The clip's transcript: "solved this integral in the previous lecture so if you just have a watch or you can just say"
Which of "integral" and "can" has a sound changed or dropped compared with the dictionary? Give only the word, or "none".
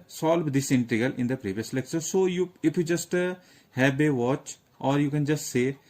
integral